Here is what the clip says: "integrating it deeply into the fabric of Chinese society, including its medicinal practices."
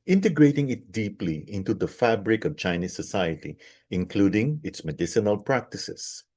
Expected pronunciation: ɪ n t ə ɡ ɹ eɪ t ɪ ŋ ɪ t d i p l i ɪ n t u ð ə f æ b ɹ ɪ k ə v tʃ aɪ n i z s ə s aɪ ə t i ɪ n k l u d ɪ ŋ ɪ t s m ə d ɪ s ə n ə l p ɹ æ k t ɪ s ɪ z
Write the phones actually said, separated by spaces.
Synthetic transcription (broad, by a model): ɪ n t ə ɡ ɹ eɪ t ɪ ŋ ɪ t d i p l i ɪ n t u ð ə f æ b ɹ ɪ k ə v tʃ aɪ n i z s ə s aɪ ə t i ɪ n k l u d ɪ ŋ ɪ t s m ə d ɪ s ə n ə l p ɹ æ k t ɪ s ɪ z